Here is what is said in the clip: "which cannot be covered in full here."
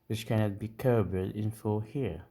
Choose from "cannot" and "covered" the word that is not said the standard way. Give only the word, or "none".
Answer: covered